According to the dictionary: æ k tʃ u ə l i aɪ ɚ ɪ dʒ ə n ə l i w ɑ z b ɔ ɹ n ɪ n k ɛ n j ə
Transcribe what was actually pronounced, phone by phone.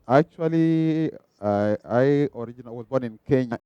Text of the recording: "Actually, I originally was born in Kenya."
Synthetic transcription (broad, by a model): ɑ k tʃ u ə l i aɪ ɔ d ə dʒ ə n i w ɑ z b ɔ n ɪ n k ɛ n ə